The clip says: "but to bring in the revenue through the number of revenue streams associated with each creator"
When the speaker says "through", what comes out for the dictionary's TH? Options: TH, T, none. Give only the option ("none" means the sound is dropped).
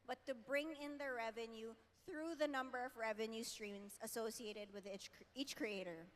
TH